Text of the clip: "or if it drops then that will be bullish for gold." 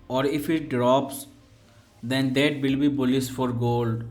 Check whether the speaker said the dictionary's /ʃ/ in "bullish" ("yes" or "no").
no